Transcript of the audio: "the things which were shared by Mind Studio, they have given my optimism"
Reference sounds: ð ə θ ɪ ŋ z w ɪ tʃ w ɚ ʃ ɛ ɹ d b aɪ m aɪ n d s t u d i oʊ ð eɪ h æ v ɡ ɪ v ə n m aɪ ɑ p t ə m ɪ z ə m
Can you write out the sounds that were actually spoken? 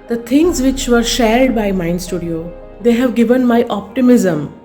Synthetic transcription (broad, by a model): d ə t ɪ ŋ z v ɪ tʃ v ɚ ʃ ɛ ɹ d b aɪ m aɪ n s t u d i oʊ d eɪ h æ v ɡ ɪ v ə n m aɪ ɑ p t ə m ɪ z ə m